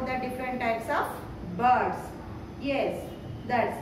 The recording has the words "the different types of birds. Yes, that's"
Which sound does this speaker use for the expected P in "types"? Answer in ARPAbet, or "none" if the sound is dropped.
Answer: P